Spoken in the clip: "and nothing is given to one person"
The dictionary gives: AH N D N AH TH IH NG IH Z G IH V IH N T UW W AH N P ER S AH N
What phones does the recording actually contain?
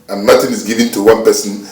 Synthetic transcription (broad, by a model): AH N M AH T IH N IH Z G IH V IH N T UW W AH N P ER S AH N